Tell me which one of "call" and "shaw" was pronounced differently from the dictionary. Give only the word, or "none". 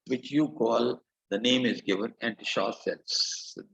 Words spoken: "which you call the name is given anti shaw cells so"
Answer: none